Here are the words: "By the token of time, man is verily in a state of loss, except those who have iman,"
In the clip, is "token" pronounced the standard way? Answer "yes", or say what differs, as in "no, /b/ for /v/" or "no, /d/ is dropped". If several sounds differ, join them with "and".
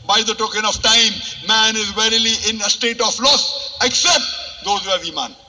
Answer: yes